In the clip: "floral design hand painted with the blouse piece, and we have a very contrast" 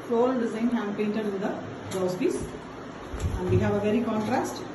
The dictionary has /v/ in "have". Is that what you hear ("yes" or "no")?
yes